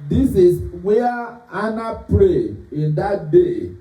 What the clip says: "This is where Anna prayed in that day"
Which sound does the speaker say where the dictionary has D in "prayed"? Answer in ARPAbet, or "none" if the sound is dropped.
none